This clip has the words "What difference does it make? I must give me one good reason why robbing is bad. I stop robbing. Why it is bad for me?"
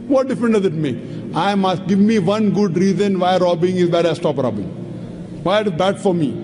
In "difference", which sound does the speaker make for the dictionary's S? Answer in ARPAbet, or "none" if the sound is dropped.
none